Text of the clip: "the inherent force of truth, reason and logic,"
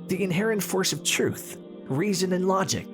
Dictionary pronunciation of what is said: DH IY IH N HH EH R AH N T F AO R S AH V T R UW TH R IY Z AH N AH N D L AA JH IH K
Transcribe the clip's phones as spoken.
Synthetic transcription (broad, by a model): DH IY IH N HH EH R AH N T F AO R S AH V T R UW TH R IY Z AH N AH N L AA JH IH K